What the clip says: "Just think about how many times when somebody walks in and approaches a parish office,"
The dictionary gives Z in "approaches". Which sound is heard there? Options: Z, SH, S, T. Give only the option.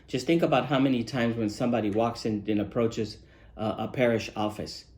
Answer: Z